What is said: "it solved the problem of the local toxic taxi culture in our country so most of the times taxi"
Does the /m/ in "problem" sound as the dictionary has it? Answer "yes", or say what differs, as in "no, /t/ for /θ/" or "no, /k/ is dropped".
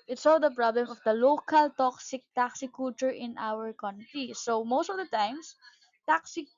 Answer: yes